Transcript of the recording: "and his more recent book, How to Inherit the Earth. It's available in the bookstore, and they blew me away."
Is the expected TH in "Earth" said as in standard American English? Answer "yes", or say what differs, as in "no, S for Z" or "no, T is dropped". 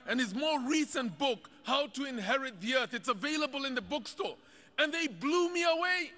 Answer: yes